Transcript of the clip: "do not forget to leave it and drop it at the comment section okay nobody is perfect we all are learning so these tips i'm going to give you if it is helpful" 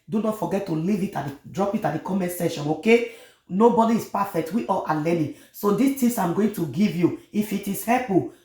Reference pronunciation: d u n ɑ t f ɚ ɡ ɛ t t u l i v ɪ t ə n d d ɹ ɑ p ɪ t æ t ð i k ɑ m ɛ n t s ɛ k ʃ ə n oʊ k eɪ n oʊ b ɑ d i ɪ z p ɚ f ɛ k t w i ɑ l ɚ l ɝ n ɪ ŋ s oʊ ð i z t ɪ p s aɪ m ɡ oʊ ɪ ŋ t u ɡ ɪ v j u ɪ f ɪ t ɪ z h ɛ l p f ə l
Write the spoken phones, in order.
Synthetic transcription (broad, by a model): d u n ɑ t f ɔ ɡ ɛ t t u l i v ɪ t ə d d ɹ ɑ p ɪ t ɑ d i k ɑ m ɛ n t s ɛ ʃ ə n oʊ k eɪ n oʊ b ɑ d i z p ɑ f ɛ k t w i ɑ l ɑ l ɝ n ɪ s oʊ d i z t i s aɪ m ɡ oʊ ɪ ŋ t u ɡ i v j u ɪ f ɪ t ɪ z h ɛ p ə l